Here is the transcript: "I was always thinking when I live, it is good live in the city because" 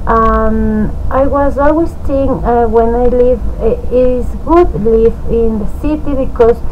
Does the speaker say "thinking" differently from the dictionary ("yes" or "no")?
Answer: yes